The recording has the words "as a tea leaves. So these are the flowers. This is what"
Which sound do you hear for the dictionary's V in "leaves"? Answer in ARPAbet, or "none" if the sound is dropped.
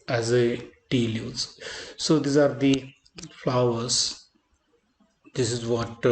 none